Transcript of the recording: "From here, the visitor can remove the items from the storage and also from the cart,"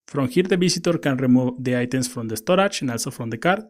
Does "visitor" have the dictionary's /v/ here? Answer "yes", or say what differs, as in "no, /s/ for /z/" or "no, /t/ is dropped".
no, /b/ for /v/